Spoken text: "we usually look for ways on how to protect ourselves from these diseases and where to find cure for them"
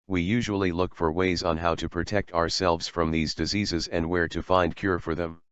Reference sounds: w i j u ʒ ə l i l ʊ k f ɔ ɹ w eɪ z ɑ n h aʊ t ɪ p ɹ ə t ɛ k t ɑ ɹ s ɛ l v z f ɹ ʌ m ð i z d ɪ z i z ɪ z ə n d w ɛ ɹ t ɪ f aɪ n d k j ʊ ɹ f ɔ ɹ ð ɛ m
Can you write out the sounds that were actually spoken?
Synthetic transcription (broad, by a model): w i j u ʒ ə l i l ʊ k f ɔ ɹ w eɪ z n h aʊ t ɪ p ɹ ə t ɛ k t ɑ ɹ s ɛ l v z f ɹ ʌ m ð i z d ɪ z i z ɪ z ə n d w ɛ ɹ t ɪ f aɪ n d k j ʊ ɹ f ɔ ɹ ð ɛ m